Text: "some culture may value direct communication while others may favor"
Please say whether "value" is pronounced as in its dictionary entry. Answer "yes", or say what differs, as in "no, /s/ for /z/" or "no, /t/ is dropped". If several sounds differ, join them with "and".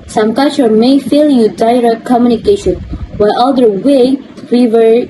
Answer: no, /f/ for /v/